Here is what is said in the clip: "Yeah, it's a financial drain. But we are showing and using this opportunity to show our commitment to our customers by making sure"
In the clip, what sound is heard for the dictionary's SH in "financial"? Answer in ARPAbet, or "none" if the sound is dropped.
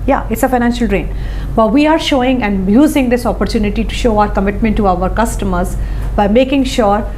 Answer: SH